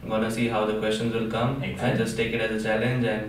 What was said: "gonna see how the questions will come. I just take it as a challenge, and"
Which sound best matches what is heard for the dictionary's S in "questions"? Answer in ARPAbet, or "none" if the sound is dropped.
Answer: S